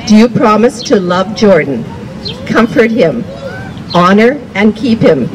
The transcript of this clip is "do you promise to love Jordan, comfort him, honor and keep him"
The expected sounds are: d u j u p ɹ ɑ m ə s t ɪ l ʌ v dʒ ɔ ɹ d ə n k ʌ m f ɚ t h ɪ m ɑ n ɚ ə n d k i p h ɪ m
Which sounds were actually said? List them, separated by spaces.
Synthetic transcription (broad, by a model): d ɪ j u p ɹ ɑ m ə s t ɪ l ʌ v dʒ ɔ ɹ d n k ʌ m f ɚ t h ɪ m ɑ n ɚ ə n k i p h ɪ m